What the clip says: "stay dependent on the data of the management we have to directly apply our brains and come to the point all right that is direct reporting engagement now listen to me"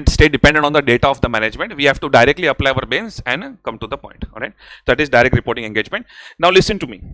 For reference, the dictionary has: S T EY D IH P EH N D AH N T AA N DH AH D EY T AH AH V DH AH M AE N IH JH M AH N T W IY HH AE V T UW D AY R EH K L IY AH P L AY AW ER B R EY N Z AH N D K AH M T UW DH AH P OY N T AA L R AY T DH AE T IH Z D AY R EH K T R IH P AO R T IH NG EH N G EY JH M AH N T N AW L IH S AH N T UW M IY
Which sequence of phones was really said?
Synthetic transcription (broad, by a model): S T EY D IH P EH N D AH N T AA N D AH D EY T AH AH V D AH M AE N IH JH M AH N T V IY HH AE V T UW D AY R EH K L IY AH P L AY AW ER B EY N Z AH N D K AH M T UW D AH P OY N T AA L R AY T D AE T IH Z D AY R EH K T R IH P AO R T IH NG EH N G EY JH M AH N T N AW L IH S AH N T UW M IY